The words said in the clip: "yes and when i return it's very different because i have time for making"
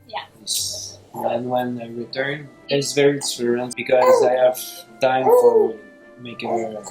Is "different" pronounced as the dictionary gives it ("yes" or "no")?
no